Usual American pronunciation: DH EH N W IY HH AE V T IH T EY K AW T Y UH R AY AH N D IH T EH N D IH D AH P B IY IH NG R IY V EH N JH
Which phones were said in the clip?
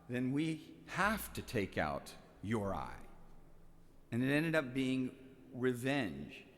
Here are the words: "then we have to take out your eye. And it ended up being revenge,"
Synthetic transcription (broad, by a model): DH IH N W IY HH AE F T IH T EY K AW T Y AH R AY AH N IH T EH N D IH D AH P B IY IH NG R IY V EH N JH